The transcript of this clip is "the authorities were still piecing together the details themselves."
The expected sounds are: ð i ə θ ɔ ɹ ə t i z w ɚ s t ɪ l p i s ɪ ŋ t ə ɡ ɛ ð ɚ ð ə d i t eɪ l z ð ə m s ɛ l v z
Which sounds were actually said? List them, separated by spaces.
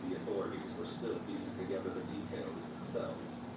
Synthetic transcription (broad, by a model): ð i ə θ ɔ ɹ ə t i z w ɚ s t ɪ l f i s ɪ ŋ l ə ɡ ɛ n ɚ ð ə d i t eɪ l z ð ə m s ɛ l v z